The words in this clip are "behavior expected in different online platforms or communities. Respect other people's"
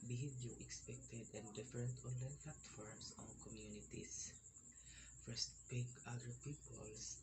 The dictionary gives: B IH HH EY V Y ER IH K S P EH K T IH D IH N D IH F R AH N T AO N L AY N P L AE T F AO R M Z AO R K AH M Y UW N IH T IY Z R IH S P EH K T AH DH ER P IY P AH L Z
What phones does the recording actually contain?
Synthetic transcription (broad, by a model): B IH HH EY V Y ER IH K S P EH K T IH D IH N D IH F R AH N T AO N L AY N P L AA T F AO R M S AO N K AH M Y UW N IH T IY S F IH S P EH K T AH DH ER P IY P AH L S